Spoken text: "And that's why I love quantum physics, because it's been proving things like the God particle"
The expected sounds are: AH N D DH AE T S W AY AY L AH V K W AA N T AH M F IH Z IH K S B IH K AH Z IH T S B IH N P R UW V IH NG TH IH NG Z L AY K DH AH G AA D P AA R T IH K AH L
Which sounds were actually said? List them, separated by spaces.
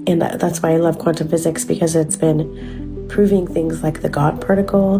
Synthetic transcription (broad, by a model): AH N DH AE T S W AY AY L AH V K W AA N T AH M F IH Z IH K S B IH K AH Z IH T S B IH N P R UW V IH NG TH IH NG Z L AY K DH AH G AA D P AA R T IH K L